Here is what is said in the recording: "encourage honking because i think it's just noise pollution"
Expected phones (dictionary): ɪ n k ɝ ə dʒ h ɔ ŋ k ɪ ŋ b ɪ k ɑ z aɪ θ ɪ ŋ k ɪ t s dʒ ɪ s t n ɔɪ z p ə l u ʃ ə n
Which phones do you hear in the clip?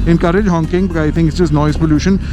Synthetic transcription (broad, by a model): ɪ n k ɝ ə dʒ h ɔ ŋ k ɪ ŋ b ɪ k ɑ aɪ t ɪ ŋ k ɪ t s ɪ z n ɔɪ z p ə l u ʃ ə n